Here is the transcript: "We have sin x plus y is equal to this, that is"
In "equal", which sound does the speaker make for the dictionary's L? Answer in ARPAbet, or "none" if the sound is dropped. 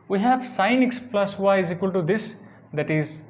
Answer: L